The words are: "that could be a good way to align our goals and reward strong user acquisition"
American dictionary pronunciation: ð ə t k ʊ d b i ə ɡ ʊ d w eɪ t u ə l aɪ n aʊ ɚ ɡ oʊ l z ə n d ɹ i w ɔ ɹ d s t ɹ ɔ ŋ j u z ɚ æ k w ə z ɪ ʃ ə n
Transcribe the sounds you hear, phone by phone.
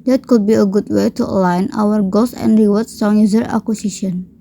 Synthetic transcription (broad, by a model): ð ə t k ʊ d b i ə ɡ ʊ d w eɪ t u ə l aɪ n aʊ ɚ ɡ oʊ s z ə n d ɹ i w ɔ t ɔ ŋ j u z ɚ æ k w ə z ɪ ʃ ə n